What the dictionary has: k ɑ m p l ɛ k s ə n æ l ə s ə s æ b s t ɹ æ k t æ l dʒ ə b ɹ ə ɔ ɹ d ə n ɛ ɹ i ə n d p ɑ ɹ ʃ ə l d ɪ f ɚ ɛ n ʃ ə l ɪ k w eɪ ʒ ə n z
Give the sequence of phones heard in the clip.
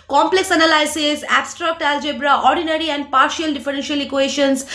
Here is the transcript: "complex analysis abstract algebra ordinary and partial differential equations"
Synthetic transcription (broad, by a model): k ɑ m p l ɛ k s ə n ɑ l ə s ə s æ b s t ɹ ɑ k t æ l dʒ ə b ɹ ə ɔ ɹ d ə n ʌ ɹ i ə n d p ɑ ɹ ʃ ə l d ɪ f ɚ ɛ n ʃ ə l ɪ k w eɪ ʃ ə n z